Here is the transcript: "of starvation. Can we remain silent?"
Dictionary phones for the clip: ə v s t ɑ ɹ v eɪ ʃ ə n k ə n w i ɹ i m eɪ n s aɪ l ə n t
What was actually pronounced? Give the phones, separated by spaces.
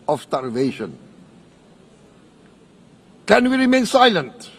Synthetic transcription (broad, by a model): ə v s t ɑ ɹ v eɪ ʃ ə n k ə n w i ɹ i m eɪ n s aɪ l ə n t